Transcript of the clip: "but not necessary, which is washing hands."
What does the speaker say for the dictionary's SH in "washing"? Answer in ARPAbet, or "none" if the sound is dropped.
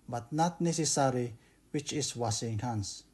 S